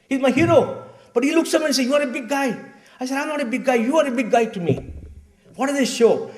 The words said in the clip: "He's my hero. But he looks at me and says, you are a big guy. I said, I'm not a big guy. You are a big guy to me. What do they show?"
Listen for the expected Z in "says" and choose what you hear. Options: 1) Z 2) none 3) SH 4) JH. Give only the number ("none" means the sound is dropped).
2